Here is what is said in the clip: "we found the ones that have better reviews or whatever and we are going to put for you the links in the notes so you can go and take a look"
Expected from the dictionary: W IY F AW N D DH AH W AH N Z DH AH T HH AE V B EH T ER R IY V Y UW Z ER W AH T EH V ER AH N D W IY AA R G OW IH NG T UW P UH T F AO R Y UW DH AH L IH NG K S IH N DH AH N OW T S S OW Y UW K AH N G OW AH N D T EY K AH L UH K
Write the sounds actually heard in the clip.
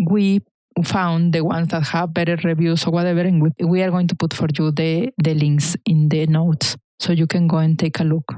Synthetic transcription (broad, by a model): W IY F AW N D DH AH W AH N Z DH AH T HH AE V B EH T ER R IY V Y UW S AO W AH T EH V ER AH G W W IY AA R G OW IH NG T UW P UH T F AO R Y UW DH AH L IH NG K S IH N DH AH N OW T S S OW Y UW K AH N G OW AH N T EY K AH L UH K